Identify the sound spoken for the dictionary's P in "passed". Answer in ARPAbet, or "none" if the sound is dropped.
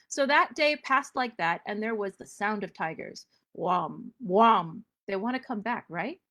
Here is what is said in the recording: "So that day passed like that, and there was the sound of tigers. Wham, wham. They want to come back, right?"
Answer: P